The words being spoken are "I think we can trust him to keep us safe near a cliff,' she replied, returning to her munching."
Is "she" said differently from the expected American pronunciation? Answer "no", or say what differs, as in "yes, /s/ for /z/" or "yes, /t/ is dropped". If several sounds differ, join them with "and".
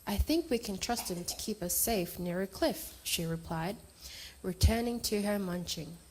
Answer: no